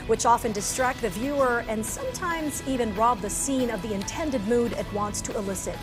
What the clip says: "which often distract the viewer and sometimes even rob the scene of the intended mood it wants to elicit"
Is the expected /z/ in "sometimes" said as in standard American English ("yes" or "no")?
yes